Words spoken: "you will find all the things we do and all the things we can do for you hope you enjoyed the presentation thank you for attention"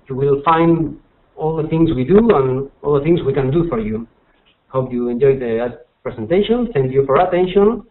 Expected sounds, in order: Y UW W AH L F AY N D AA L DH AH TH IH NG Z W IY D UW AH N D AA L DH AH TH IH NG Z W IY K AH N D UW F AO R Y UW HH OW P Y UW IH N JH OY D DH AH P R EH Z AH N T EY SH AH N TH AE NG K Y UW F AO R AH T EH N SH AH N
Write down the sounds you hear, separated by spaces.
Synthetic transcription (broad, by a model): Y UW W AH L F AY N D AA L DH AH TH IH NG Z W IY D UW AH N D AA L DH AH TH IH NG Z W IY K AH N D UW F AO R Y UW HH OW P Y UW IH N JH OY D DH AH P R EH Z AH N T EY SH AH N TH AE NG K Y UW F AO R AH T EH N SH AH N